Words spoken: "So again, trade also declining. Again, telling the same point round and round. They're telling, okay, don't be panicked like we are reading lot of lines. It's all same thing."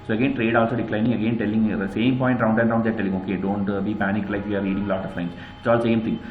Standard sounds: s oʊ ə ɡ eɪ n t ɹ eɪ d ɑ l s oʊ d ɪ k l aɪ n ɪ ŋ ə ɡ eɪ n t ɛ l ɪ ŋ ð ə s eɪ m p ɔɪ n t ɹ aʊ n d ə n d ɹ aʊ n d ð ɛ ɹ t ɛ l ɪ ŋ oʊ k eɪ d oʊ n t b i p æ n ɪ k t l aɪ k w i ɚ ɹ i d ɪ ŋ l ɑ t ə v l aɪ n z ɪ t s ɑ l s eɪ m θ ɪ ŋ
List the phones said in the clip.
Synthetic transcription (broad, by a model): s oʊ ə ɡ eɪ n t ɹ eɪ d ɑ l s oʊ d ɪ k l aɪ n ɪ ŋ ə ɡ eɪ n t ɛ l ɪ ŋ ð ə s eɪ m p ɔɪ n t ɹ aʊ n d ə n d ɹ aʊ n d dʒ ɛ t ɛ l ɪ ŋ oʊ k eɪ d oʊ n t b i p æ n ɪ k l aɪ k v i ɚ ɹ i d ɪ ŋ l ɑ t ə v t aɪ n ɪ t s ɑ l s eɪ m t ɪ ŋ